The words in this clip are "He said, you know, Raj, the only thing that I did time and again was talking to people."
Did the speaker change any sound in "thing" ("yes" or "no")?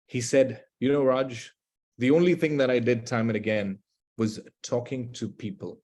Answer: no